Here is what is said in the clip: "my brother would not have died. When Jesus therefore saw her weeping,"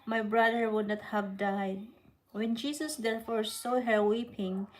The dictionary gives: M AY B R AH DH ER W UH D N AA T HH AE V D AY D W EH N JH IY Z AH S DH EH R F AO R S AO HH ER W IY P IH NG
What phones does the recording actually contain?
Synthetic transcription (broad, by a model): M AY B R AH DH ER W UH D N AA T HH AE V D AY D W EH N JH IY S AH S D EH R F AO R S AO HH ER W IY P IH NG